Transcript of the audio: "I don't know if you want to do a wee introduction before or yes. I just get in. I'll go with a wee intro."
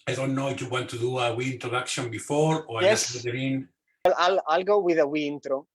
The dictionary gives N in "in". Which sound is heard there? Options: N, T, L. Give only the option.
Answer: L